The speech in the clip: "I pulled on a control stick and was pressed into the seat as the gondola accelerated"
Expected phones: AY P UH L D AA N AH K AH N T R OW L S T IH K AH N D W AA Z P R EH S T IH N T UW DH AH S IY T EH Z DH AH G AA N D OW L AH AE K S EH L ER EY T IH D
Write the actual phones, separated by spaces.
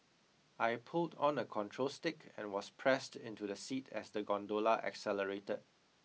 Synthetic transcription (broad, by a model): AY P UH L D AA N AH K AH N T R OW L S T IH K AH N W AA S P R EH S T IH N T UW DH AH S IY T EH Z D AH G AA N D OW L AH AE K S EH L ER EY T IH D